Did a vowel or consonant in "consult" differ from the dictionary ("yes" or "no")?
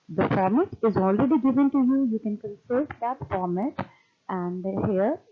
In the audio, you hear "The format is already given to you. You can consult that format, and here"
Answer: yes